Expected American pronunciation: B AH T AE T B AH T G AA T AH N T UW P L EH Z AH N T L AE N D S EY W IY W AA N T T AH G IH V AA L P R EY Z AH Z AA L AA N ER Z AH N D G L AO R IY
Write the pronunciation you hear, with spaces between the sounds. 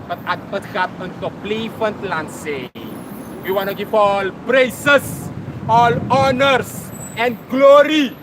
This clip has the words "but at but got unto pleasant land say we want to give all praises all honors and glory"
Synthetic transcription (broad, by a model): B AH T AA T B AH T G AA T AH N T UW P L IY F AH N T L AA N S EY W IY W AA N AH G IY F AA L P R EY S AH S AA L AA N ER S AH N G L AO R IY